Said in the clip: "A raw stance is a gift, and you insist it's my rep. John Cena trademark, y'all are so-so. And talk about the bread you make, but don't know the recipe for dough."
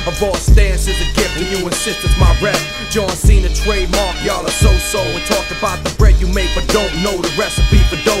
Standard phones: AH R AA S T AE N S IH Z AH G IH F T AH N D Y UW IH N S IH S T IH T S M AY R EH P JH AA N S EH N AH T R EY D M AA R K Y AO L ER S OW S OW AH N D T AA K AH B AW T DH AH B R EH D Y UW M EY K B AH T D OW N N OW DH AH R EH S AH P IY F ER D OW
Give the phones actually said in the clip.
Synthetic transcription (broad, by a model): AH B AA S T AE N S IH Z AH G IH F AH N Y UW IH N S IH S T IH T M AY R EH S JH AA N S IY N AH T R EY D M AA R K Y AO L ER S OW S OW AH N T AA K AH B AW T DH AH B R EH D Y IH M EY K B AH T D OW N N OW DH AH R EH S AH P IY P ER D OW